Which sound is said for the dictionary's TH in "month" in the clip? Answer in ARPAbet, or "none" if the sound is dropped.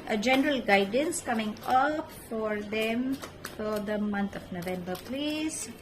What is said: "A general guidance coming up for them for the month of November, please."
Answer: T